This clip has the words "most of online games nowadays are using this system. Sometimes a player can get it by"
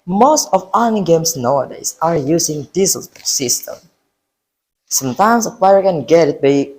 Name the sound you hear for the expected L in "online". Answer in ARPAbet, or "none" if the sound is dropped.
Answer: none